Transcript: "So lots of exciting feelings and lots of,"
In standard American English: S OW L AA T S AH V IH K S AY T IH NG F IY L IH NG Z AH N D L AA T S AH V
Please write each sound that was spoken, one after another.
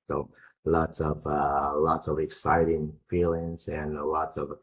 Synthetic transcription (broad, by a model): S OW L AA T S AH V IH K S AY T IH NG F IY L IH NG Z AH N L AA T S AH V